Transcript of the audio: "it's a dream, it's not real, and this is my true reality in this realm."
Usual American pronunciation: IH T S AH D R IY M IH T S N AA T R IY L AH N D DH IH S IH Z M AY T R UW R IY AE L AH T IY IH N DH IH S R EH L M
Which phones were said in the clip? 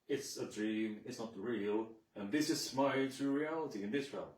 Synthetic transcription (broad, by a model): IH T S AH D R IY M IH T S N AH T R IY L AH N DH IH S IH S M AY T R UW R IY AE L AH T IY IH N DH IH S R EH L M